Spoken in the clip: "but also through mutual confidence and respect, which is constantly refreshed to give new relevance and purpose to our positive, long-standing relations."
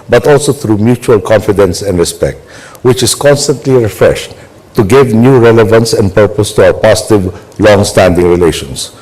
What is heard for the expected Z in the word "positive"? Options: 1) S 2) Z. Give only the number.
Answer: 1